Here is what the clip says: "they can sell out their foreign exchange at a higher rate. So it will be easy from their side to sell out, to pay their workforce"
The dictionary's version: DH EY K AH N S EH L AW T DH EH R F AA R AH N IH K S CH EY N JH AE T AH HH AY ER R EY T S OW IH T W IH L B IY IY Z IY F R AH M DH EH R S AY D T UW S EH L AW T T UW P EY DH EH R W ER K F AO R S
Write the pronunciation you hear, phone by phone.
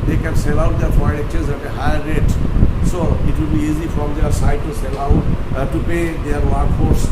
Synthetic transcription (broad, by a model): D EY K AH N S EH L AW T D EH R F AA AH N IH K CH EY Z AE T AH HH AY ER R EY T S OW IH T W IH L B IY IY Z IY F R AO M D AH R S AY D T UW S EH L AW T T UW P EY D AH R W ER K F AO R S